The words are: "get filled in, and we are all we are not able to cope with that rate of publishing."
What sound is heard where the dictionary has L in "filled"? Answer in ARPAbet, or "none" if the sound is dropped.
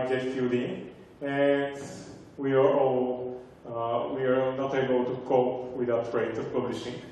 none